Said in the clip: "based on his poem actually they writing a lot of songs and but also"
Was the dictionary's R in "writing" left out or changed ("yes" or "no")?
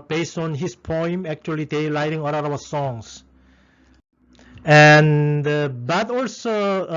yes